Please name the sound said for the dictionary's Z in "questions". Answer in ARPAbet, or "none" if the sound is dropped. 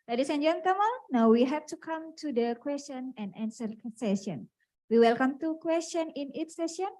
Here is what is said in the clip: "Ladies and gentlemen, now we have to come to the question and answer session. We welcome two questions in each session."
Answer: none